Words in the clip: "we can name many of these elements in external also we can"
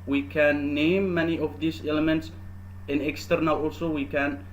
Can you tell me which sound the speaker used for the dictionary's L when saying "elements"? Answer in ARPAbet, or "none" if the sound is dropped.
L